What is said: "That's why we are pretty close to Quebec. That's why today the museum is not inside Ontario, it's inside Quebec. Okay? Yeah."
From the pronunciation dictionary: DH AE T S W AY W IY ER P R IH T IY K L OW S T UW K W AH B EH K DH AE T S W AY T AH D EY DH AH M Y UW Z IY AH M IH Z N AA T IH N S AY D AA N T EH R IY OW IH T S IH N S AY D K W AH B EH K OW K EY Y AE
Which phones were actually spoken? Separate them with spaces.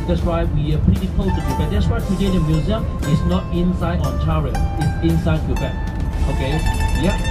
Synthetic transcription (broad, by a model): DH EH T S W AY W IY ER P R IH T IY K OW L T UW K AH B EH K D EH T S W AY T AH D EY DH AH M Y UW Z IY AH M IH S N AA T IH N S AY D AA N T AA R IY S IH T S IH N S AY D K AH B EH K OW K EY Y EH